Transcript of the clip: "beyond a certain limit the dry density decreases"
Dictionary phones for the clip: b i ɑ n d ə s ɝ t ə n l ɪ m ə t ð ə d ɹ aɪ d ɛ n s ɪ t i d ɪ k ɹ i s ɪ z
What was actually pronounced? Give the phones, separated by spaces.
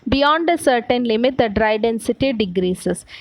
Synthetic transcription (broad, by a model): b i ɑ n d ə s ɝ t ə n l ɪ m ə t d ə d ɹ aɪ d ɛ n s ɪ t i d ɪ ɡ ɹ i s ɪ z